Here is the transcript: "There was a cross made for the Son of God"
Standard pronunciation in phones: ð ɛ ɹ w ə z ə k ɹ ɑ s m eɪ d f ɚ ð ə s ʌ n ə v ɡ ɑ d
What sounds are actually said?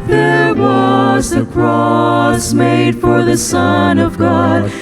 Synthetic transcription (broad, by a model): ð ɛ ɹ w ə z ə k ɹ ɑ s m eɪ d f ɚ ð ə s ʌ n ə v ɡ ɑ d